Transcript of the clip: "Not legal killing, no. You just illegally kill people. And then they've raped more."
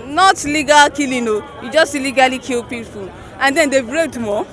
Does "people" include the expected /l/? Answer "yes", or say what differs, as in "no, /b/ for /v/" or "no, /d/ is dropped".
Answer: no, /n/ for /l/